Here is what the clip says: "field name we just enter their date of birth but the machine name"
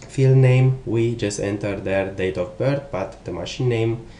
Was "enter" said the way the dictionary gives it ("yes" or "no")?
yes